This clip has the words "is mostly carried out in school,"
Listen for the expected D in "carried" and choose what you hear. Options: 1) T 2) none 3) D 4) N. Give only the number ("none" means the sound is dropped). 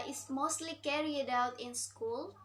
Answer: 3